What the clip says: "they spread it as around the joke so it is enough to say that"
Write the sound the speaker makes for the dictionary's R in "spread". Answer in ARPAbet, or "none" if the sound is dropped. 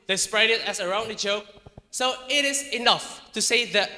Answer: R